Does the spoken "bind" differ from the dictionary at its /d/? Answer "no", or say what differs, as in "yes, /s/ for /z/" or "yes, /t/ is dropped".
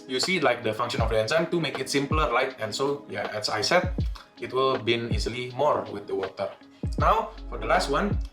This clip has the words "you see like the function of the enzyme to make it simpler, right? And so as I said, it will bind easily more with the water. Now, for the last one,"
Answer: yes, /d/ is dropped